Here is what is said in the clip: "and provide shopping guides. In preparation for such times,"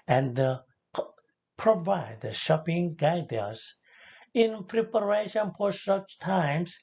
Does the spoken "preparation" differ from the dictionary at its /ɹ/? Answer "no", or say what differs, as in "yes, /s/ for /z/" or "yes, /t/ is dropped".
no